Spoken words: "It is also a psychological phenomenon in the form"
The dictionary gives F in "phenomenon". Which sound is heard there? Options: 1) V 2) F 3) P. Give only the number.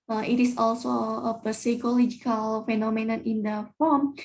2